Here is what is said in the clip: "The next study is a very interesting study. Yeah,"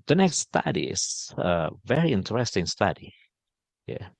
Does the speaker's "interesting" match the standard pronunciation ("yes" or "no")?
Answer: yes